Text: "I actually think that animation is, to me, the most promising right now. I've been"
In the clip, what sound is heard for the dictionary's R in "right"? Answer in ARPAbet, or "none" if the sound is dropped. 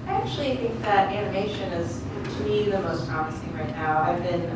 R